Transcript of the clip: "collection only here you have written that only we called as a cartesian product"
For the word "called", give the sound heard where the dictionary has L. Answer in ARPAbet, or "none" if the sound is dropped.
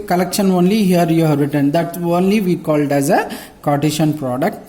L